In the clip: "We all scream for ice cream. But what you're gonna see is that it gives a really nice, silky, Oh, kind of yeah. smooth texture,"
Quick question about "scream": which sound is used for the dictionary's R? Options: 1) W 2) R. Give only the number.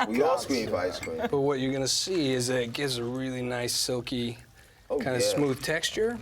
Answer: 1